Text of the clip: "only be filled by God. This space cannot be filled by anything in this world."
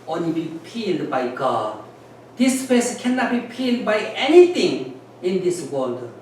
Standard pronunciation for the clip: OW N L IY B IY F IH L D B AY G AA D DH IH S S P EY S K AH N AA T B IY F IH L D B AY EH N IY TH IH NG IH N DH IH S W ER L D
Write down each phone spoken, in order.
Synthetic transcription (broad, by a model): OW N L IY B IY P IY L D B AY G AA D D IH S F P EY S K AH N AA T B IY P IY L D B AY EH N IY T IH NG IH N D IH S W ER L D